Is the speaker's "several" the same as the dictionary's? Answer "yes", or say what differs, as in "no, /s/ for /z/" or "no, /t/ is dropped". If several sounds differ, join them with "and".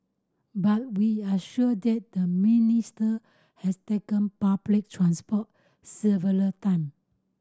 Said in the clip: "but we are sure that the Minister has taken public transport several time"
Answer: no, /ɹ/ is dropped